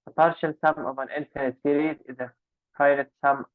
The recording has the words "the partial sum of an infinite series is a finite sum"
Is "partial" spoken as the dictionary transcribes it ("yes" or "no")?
yes